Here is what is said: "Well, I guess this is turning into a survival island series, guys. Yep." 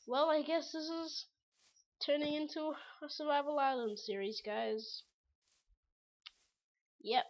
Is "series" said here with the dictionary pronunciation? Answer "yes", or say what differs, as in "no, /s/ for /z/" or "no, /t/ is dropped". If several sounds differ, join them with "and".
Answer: yes